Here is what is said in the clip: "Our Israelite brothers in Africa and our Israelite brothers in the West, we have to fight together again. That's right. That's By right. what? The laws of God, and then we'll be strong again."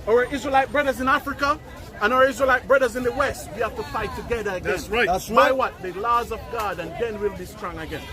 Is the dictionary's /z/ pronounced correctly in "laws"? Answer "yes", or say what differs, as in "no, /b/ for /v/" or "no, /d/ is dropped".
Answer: yes